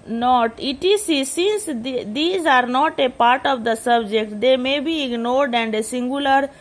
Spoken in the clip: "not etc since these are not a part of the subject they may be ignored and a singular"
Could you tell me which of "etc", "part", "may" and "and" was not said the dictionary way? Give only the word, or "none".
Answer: etc